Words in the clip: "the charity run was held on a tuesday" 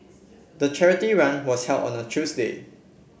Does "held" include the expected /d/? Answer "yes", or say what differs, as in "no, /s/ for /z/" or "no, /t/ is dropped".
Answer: no, /d/ is dropped